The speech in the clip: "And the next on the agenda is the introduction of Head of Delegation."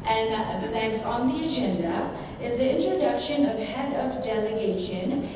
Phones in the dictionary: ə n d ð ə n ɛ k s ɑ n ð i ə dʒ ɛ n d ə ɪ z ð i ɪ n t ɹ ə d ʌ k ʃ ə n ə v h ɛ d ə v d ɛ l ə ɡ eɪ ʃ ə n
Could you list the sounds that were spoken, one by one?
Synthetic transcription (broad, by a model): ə n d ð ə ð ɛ s ɑ n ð i ə dʒ ɛ n d ə ɪ z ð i ɪ n t ɹ ə d ʌ k ʃ ə n ə v h ɛ d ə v d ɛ l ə ɡ eɪ ʃ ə n